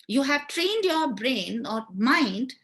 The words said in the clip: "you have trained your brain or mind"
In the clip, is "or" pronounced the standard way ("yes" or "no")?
yes